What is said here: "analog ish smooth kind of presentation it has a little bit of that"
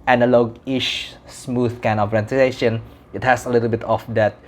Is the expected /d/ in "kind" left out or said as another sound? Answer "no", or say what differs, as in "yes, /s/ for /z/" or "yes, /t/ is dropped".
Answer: yes, /d/ is dropped